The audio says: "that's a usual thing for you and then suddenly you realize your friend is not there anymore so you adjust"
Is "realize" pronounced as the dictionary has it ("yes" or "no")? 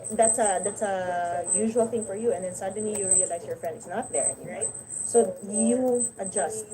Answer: no